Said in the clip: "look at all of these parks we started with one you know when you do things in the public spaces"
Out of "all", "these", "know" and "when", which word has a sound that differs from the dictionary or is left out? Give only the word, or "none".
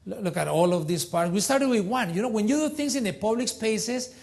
these